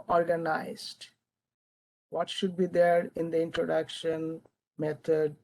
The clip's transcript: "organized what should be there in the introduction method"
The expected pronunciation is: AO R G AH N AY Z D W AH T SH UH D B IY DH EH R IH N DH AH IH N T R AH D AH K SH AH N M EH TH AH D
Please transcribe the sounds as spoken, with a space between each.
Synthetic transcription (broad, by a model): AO R G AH N AY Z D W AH T SH UH D B IY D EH R IH N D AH IH N T R AH D AH K SH AH N M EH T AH D